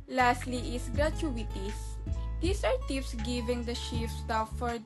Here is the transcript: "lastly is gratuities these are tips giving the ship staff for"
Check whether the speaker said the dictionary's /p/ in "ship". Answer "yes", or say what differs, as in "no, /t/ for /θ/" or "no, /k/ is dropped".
no, /f/ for /p/